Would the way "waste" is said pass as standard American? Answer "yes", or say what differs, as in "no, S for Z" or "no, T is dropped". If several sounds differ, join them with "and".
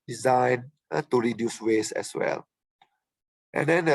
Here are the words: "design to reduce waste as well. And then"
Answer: no, T is dropped